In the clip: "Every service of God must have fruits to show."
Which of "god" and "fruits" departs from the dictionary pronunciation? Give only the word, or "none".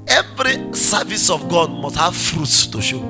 none